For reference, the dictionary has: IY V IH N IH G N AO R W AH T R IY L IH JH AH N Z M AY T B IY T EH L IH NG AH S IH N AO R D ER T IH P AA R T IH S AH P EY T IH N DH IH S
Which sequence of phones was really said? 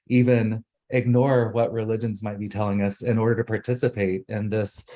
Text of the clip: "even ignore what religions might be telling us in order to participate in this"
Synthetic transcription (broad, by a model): IY V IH N IH G N AO R W AH T R IY L IH JH AH N Z M AY T B IY T EH L IH NG AH S IH N AO R D ER T IH P AA R T IH S AH P EY T IH N DH IH S